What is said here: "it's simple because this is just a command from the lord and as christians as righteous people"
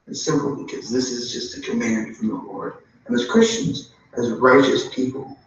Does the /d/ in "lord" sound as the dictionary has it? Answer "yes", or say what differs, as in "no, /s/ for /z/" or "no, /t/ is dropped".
yes